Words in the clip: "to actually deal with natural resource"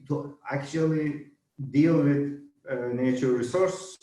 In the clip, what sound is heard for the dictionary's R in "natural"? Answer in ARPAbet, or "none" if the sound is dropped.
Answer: none